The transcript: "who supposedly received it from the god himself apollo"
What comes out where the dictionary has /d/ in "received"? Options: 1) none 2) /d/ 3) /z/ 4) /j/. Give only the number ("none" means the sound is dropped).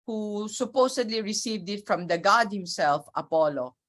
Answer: 2